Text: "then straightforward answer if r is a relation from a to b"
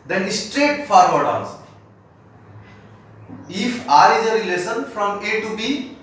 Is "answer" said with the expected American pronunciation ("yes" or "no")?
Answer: no